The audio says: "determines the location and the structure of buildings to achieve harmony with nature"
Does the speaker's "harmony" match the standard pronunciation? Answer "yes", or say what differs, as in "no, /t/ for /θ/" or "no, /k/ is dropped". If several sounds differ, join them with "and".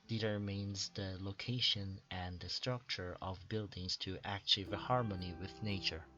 yes